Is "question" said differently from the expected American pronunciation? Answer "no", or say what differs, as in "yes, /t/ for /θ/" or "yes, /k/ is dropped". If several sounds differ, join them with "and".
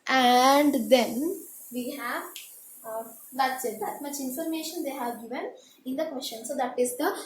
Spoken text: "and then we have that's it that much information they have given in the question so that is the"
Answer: yes, /ʃ/ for /tʃ/